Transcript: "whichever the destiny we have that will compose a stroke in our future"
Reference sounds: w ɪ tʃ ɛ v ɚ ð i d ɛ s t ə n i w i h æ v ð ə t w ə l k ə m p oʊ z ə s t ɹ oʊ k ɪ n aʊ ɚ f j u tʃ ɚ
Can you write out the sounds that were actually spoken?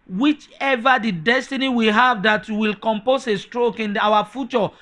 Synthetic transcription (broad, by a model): w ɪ tʃ ɛ v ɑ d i d ɛ s t ə n i w i h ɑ v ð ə t w ə l k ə m p oʊ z ə s t ɹ oʊ k ɪ n aʊ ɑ f j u tʃ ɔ